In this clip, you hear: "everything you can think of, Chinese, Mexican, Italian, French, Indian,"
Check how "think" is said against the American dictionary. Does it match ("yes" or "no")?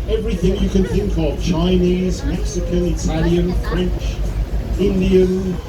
yes